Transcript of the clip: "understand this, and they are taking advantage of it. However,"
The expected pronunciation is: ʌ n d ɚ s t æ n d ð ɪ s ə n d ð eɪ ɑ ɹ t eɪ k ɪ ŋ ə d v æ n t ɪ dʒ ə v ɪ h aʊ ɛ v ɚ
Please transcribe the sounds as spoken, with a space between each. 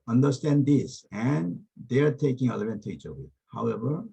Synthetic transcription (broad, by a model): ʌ n d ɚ s t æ n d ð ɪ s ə n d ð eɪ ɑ ɹ t eɪ k ɪ ŋ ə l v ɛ n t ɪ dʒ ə w ɪ h aʊ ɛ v ɚ